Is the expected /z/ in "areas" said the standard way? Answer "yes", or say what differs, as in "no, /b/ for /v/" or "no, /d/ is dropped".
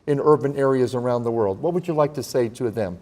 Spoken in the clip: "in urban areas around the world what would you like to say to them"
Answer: yes